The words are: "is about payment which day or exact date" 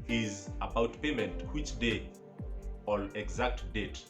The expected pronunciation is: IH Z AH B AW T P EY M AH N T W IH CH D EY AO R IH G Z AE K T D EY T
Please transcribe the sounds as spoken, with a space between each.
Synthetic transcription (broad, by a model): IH Z AH B AW T P EY M AH N T W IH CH D EY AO L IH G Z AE K T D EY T